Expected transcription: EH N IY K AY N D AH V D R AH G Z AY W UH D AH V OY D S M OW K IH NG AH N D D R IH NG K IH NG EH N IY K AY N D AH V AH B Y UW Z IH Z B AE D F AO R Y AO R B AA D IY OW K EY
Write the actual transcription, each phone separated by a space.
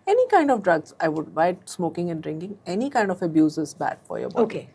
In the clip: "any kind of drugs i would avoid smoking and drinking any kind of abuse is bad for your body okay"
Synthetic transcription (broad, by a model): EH N IY K AY N D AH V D R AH G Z AY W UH D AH IH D S M OW K IH NG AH N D D R IH NG K IH NG EH N IY K AY N D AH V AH B Y UW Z IH Z B AE D F AO R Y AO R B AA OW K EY